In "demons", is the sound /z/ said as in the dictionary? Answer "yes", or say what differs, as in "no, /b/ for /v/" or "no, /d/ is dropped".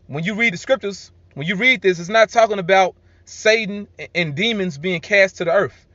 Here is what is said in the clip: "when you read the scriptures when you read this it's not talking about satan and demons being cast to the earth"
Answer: yes